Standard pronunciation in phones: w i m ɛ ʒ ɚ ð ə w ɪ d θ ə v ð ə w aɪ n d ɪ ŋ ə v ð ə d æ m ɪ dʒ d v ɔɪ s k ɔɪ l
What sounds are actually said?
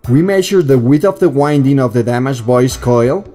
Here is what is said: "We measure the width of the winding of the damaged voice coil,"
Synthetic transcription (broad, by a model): w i m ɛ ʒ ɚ ð ə w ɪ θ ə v ð ə w aɪ n d ɪ ŋ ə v ð ə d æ m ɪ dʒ v ɔɪ s k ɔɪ l